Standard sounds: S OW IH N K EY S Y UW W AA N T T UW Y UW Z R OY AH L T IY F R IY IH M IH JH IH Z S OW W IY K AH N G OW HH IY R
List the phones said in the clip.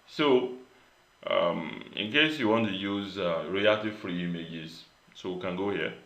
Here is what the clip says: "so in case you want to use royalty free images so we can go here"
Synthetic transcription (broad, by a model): S OW IH N K EY S Y UW W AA N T T UW Y UW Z R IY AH T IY F R IY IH M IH JH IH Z S OW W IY K AH N G OW HH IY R